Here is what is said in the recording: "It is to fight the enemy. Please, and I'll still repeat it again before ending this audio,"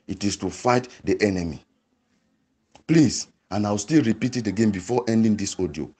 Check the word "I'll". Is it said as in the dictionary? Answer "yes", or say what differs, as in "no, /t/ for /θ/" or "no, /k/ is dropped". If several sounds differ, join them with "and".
no, /w/ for /l/